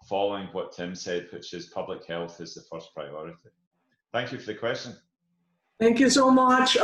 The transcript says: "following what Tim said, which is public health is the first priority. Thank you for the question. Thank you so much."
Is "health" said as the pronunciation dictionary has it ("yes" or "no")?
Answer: yes